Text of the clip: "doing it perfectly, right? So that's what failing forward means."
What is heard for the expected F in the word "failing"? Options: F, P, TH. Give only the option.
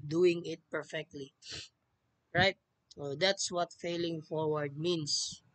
F